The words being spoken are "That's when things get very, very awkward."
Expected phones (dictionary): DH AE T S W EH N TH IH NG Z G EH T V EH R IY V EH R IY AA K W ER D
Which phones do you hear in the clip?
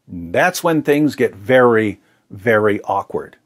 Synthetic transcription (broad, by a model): DH AE T S W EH N TH IH NG Z G EH T V EH R IY V EH R IY AA K W ER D